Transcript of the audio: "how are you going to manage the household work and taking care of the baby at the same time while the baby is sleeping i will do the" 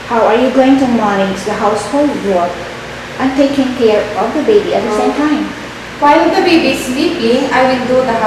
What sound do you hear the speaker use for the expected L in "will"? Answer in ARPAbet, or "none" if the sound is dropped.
N